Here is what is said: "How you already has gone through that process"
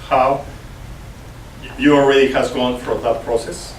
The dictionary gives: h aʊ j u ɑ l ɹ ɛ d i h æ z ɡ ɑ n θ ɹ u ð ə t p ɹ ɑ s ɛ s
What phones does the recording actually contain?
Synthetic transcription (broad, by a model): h aʊ j u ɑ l ɹ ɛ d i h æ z ɡ ɑ n f ɹ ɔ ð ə t p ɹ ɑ s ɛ s